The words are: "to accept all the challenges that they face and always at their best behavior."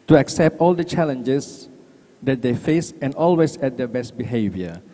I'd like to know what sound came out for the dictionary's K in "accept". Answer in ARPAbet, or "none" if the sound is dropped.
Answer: K